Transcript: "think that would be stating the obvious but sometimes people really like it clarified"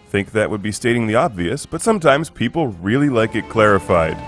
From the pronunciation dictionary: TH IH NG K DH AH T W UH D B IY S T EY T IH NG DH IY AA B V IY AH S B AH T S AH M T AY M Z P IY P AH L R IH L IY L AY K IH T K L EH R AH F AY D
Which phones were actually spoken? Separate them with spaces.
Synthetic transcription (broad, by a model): TH IH NG K DH AH T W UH D B IY S T EY T IH NG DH IY AA B V IY AH S B AH T S AH M T AY M Z P IY P L R IH L IY L AY K IH T K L EH R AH F AY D